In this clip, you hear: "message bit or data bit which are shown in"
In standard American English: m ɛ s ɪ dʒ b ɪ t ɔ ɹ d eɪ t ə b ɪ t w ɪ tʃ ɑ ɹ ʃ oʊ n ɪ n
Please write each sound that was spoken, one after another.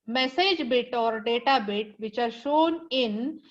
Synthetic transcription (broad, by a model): m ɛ s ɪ dʒ b ɪ t ɔ ɹ d eɪ t ə b ɪ t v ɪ tʃ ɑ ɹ ʃ oʊ n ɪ n